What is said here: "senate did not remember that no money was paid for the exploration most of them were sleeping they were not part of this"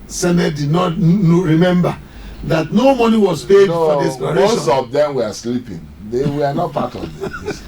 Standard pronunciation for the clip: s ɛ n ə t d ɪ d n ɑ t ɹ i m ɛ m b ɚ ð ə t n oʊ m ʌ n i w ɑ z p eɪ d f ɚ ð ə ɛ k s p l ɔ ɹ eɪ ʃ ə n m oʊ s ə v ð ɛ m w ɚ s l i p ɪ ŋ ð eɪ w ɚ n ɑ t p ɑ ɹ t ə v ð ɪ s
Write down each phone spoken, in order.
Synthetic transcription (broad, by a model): s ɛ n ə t d ɪ d n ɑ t ɹ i m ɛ m b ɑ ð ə t n oʊ m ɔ n i w ɑ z p eɪ d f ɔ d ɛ s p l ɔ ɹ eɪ ə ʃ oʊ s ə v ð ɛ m w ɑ s l i p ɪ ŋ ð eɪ w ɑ n ɑ t p ɑ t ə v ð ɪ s